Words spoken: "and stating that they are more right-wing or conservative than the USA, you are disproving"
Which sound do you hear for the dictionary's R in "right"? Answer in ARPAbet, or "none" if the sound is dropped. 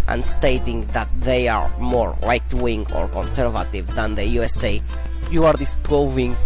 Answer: L